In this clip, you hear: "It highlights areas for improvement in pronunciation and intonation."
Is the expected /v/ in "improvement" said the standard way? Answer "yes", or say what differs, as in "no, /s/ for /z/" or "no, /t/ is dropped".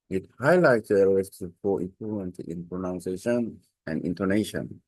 no, /v/ is dropped